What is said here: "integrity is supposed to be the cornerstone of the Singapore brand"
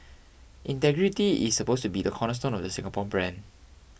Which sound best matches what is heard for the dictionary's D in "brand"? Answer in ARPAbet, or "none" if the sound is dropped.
none